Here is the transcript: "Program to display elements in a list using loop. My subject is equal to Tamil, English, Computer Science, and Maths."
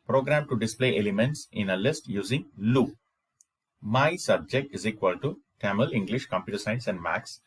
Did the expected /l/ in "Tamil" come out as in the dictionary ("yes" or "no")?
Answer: yes